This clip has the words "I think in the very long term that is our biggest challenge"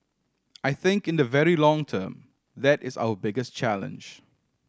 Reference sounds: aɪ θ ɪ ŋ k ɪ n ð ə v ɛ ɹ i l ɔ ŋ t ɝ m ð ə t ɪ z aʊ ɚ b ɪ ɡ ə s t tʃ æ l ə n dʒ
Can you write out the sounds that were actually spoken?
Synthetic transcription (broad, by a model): aɪ θ ɪ ŋ k ɪ n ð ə v ɛ ɹ i l ɔ ŋ t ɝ m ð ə t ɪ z aʊ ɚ b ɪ ɡ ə s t tʃ æ l ə n dʒ